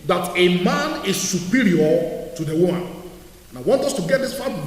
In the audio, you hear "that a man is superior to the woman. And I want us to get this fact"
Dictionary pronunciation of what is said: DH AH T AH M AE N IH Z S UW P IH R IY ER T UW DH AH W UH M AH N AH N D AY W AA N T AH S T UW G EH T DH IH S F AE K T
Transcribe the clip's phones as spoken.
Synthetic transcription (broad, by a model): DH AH T AH M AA N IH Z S UW P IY R IY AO T UW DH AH W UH M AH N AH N AY W AA N T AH S T UW G EH T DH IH S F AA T